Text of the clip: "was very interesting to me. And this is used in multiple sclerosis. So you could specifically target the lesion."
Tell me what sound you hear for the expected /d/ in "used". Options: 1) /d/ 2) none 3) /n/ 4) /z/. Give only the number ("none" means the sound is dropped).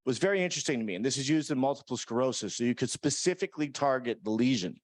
1